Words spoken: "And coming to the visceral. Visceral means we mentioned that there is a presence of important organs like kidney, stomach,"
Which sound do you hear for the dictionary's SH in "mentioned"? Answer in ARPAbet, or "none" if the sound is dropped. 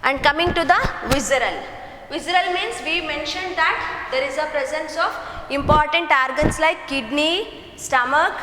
SH